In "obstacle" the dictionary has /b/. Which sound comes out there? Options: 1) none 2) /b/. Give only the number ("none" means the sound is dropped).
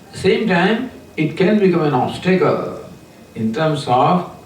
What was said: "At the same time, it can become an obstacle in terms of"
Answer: 1